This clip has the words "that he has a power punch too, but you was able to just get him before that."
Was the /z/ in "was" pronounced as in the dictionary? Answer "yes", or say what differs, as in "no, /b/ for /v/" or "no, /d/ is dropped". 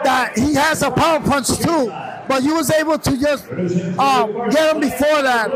yes